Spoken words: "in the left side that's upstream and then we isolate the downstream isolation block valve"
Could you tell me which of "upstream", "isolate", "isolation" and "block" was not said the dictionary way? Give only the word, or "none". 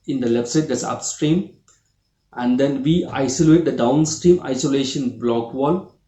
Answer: none